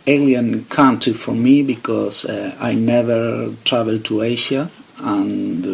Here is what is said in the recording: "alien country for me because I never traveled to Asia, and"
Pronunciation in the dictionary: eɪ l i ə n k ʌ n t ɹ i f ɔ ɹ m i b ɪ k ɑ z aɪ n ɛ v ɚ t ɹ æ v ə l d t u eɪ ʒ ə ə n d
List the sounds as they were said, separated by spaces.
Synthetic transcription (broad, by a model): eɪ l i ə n k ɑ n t i f ɔ ɹ m i b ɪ k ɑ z aɪ n ɛ v ɚ t ɹ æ v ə l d t u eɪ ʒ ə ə n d